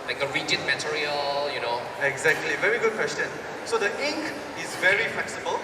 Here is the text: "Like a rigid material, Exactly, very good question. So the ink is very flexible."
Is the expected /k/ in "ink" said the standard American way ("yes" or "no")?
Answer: yes